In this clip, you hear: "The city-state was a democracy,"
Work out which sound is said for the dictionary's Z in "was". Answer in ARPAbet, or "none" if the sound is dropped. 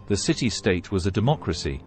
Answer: Z